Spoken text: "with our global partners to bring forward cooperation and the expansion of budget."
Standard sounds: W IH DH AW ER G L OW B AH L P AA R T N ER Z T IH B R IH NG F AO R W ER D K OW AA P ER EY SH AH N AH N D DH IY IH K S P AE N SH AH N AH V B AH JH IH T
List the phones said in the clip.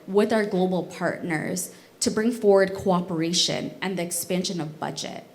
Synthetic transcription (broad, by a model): W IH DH AW ER G L OW B L P AA R T N ER Z T IH B R IH NG F AO R W ER D K OW AA P ER EY SH AH N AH N DH IY IH K S P AE N SH AH N AH V B AH JH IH T